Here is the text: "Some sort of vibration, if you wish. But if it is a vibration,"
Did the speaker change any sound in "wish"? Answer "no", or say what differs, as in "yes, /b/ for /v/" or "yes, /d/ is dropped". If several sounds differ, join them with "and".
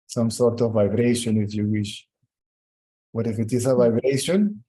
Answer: no